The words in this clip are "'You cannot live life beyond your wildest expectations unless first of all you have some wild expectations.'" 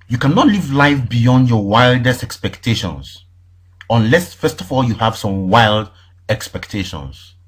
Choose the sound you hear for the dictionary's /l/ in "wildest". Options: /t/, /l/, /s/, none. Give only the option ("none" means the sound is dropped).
/l/